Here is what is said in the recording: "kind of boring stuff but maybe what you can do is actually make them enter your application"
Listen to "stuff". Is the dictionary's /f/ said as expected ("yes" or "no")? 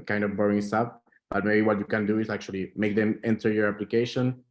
no